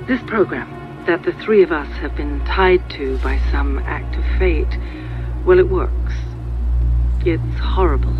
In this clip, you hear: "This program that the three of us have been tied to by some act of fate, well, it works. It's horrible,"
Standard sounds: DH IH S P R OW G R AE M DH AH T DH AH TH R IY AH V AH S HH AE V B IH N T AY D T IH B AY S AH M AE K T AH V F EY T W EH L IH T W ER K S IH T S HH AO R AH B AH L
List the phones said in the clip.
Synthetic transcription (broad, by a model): DH IH S P R OW G R AE M DH AH T DH AH TH R IY AH V AH S HH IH V B IH N T AY D T IH B AY S AH M AE K T AH V F EY T W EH L IH T W ER K S IH T S HH AO R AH B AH L